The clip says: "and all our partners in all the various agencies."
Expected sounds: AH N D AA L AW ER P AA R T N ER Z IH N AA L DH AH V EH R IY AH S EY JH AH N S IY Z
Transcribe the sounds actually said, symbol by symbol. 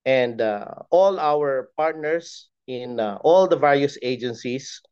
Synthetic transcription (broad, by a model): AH N D AA L AW ER P AA R T N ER S IH N AA L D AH V EH R IY AH S EY JH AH N S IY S